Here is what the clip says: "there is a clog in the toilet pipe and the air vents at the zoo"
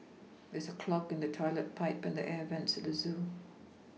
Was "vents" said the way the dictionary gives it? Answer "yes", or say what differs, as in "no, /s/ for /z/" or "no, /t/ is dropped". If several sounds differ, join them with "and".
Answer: yes